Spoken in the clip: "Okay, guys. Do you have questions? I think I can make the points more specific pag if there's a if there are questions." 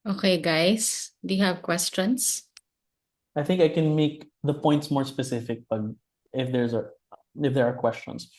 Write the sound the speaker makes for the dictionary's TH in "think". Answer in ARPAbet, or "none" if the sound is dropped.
TH